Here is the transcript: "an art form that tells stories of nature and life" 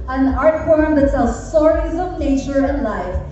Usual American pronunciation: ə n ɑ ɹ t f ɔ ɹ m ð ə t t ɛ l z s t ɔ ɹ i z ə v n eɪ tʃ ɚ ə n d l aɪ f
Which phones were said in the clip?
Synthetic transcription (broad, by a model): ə n ɑ ɹ t f ɔ ɹ m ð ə t s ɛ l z s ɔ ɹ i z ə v n eɪ tʃ ɚ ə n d l aɪ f